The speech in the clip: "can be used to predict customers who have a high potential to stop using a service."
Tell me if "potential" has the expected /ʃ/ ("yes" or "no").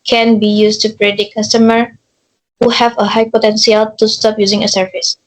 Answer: no